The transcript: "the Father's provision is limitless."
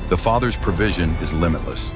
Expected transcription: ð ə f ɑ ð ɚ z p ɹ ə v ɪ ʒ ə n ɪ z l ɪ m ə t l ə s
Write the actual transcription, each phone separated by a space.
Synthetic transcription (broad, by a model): ð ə f ɑ ð ɚ z p ɹ ə v ɪ ʒ ə n ɪ z l ɪ m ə t l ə s